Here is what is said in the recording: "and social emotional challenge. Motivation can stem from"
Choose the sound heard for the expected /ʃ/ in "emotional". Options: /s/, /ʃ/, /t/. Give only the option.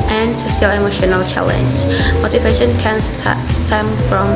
/ʃ/